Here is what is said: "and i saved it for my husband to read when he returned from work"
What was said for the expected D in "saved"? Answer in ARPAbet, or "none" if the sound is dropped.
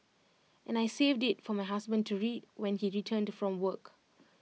D